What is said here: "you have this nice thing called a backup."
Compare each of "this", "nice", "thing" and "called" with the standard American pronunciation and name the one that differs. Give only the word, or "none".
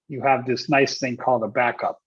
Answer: none